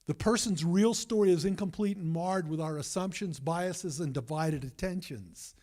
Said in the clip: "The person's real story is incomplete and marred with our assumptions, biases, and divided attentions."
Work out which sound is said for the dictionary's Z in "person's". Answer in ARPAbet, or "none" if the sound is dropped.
Z